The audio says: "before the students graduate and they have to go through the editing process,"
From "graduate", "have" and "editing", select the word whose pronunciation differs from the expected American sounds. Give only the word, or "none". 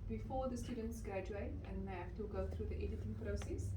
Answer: have